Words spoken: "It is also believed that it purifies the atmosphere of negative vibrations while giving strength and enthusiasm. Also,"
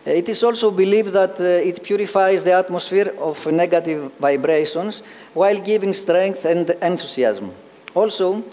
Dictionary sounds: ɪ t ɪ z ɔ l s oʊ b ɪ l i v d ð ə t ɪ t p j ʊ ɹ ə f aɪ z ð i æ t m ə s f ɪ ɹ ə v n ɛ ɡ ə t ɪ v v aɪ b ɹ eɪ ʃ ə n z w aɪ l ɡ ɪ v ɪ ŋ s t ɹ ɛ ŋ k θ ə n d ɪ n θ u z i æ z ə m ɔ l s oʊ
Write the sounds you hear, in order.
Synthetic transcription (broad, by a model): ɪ t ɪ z ɔ l s oʊ b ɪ l i v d ð ə t ɪ t p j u ɹ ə f aɪ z ð i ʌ t m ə s f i ɹ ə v n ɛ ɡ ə t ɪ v v aɪ b ɹ eɪ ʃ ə n s w aɪ l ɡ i v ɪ ŋ s t ɹ ɛ ŋ k θ ə n d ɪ n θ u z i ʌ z m ɔ l s oʊ